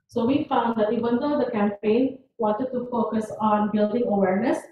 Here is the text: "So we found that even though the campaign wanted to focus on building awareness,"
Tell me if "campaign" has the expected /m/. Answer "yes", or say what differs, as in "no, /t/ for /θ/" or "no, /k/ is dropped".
yes